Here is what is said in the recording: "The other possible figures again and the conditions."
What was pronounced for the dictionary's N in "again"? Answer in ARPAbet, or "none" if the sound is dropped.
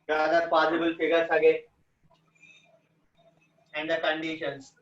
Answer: none